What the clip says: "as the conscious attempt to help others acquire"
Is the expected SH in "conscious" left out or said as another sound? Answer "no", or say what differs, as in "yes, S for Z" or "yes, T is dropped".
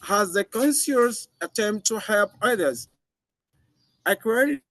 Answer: yes, S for SH